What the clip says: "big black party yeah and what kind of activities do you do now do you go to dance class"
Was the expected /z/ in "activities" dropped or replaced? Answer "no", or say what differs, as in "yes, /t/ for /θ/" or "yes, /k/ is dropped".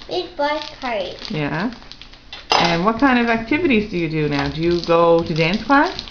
no